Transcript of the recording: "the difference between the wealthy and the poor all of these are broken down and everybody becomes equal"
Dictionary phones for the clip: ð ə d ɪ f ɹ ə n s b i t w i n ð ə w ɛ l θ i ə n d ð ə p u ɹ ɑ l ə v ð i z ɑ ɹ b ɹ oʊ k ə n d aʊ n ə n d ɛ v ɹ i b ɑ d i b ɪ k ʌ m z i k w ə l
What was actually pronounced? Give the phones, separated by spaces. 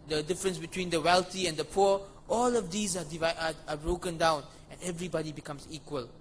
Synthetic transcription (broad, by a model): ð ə d ɪ f ɹ ə n s b i t w i n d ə w ɛ l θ i ə n d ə p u ɑ l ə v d i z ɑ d b ɹ oʊ k ə n d aʊ n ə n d ɛ v ɹ i b ɑ d i b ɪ k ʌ m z i k w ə l